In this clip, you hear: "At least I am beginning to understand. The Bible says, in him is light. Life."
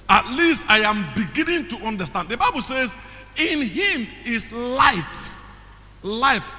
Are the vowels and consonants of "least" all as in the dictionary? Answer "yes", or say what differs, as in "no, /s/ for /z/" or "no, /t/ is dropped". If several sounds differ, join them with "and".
yes